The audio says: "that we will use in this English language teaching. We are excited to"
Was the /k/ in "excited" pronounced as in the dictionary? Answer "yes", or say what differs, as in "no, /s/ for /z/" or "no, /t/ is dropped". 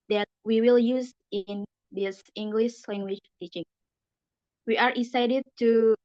no, /k/ is dropped